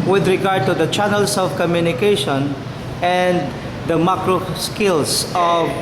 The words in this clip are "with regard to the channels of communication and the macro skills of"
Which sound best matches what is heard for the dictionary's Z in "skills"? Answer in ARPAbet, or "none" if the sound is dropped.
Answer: S